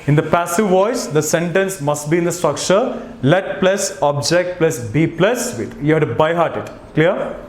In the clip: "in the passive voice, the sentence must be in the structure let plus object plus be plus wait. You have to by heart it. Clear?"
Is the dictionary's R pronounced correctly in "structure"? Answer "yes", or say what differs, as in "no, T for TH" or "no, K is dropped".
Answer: yes